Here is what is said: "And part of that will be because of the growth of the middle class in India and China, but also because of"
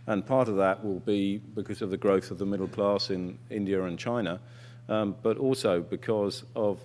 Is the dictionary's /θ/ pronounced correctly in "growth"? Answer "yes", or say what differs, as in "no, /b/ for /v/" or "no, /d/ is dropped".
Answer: yes